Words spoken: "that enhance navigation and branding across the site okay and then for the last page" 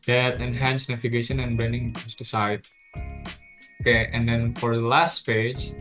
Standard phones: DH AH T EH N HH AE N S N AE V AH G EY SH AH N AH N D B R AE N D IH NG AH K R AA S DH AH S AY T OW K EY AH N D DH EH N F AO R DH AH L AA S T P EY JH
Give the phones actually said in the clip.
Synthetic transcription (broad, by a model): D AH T EH N HH AE N S N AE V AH G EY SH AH N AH N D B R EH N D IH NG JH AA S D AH S AY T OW K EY AH N D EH N F AO R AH L AA S T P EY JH